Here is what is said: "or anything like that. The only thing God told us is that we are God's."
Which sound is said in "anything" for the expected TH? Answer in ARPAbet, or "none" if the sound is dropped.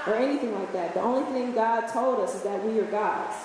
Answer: TH